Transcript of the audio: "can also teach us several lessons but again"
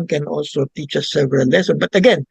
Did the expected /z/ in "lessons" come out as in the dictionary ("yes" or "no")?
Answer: no